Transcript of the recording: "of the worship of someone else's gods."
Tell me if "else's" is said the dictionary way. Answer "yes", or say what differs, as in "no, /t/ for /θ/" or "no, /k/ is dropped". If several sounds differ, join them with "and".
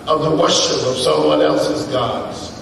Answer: yes